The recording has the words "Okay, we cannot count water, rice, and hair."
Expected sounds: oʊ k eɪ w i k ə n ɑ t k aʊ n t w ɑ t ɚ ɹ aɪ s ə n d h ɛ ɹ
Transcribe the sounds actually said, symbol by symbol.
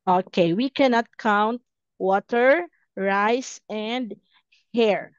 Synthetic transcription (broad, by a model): oʊ k eɪ w i k ə n ɑ t k aʊ n t w ɑ t ɚ ɹ aɪ s ə n d h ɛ ɹ